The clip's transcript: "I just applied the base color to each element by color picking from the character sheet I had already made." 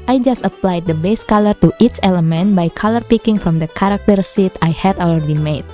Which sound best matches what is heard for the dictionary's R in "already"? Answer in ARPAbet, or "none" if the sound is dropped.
none